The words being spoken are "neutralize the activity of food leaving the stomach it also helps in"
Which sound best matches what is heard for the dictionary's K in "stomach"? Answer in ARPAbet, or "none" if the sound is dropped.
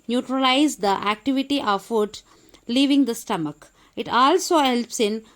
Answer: K